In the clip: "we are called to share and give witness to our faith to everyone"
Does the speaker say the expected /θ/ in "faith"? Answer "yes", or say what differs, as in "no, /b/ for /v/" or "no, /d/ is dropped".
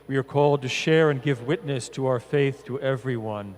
yes